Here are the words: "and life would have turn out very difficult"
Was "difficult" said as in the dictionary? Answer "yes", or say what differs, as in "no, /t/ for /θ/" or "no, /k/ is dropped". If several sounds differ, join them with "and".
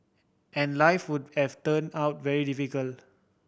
no, /t/ is dropped